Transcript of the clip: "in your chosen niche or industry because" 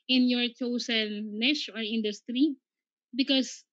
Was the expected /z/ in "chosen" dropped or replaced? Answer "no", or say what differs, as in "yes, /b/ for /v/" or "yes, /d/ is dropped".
yes, /s/ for /z/